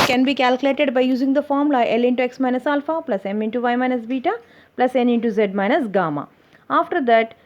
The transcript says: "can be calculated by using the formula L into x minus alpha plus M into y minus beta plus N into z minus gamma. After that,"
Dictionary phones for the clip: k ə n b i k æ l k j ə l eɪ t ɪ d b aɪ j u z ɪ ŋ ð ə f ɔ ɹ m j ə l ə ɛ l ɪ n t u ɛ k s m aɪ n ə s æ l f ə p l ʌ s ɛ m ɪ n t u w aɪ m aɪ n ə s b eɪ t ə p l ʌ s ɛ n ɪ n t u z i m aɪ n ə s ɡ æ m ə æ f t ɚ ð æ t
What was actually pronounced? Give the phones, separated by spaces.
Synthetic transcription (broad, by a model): k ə n b i k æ l k j l eɪ t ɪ d b aɪ j u z ɪ ŋ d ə f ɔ ɹ m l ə ə ɛ l ɪ n t u ɛ k s m aɪ n ə s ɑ l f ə p l ʌ s ɛ m ɪ n t u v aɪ m aɪ n ə s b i t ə p l ʌ s ɛ n ɪ n t u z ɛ m aɪ n ə s ɡ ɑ m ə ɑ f t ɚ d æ t